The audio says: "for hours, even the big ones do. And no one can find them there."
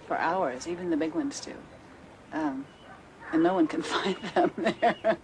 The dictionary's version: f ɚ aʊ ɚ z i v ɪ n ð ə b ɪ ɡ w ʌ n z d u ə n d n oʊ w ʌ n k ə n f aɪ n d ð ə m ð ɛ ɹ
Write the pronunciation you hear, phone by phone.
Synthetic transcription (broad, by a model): f ɚ aʊ ɚ z i v ɪ n ð ə b ɪ ɡ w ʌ n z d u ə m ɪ n oʊ w ʌ n k ə n f aɪ n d ð ə m ð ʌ ɹ